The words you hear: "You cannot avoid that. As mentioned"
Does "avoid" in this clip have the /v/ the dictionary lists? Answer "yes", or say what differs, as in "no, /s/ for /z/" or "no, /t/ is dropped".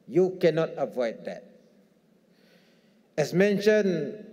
yes